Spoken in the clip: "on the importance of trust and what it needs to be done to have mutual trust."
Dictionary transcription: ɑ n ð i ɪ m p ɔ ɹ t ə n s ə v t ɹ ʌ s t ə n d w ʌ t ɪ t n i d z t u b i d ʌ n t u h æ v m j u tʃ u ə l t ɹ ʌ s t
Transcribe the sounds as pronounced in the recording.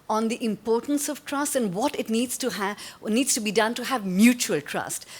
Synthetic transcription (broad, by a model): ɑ n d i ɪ m p ɔ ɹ t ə n s ə v t ɹ ʌ s t ə n d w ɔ t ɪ t n i d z t u b i d ʌ n t u h æ v m j u tʃ u ə l t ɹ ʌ s t